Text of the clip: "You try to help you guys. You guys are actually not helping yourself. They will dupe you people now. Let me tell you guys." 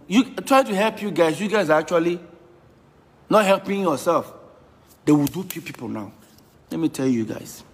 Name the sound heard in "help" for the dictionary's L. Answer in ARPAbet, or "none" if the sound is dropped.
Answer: L